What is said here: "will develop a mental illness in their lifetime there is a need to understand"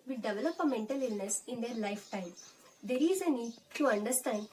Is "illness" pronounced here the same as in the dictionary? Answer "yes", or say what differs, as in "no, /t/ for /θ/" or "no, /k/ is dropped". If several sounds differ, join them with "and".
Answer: yes